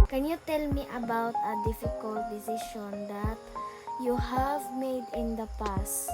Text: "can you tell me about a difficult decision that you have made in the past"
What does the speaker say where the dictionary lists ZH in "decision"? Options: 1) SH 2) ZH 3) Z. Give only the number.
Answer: 1